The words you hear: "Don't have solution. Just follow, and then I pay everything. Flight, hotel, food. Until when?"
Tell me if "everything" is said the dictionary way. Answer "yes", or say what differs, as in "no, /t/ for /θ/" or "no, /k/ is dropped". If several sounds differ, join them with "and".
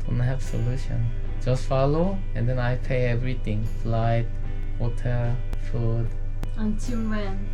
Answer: no, /t/ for /θ/